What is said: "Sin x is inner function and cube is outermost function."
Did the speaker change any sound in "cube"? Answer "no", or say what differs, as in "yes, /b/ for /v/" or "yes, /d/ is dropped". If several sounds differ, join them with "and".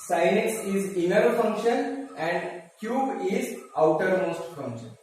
no